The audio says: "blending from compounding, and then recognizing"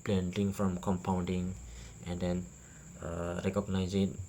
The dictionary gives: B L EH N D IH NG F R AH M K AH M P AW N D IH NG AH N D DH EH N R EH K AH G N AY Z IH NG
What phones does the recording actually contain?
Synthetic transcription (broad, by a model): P L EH N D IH NG F R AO M K AH M P AW N D IH NG AH N D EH N R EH K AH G N AY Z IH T